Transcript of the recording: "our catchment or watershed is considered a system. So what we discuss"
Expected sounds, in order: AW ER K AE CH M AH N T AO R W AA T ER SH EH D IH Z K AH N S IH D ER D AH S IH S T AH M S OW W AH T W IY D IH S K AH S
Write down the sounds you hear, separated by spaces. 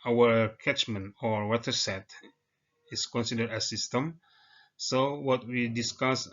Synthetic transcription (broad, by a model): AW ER K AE CH M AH N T AO R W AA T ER S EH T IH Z K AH N S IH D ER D AH S IH S T AH M S OW W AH T W IY D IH S K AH S